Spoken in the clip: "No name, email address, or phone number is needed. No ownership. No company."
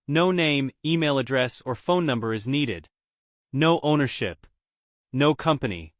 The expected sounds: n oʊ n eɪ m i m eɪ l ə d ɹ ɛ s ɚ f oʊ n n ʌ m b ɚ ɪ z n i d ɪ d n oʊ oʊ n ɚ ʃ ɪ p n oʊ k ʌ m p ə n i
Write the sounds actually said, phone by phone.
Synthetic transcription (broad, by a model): n oʊ n eɪ m i m eɪ l ə d ɹ ɛ s ɚ f oʊ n n ʌ m b ɚ ɪ z n i d ɪ d n oʊ oʊ n ɚ ʃ ɪ p n oʊ k ʌ m p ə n i